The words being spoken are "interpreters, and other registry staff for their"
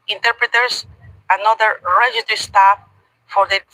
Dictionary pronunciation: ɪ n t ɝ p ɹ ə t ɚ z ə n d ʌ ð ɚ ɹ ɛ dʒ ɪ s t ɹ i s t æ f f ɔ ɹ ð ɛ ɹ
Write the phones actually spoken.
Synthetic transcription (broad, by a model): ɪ n t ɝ p ɹ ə t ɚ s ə n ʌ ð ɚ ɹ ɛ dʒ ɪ t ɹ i s t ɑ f f ɔ ɹ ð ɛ